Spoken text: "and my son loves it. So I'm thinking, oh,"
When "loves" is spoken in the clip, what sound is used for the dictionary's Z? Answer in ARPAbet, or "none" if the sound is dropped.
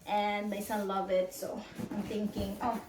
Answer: none